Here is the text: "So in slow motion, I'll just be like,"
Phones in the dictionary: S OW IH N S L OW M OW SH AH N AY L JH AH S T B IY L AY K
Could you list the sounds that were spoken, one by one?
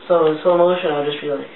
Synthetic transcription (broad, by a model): S OW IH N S OW M OW SH AH N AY JH AH S T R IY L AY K